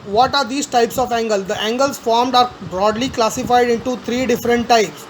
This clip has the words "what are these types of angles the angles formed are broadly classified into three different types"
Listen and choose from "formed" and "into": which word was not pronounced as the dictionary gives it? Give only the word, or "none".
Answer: none